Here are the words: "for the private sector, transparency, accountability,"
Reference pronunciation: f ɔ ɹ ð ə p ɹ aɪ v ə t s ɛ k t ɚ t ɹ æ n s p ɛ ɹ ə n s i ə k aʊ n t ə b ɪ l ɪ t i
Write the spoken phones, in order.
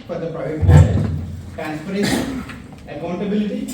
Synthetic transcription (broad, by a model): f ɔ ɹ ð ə p ɹ aɪ v ə t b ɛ t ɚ t ɹ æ n s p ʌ ɹ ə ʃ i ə k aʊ n t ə b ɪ l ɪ t i